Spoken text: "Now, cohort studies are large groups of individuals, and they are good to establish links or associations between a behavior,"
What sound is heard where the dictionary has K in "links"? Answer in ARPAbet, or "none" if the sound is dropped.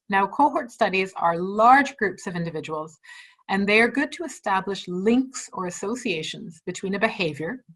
K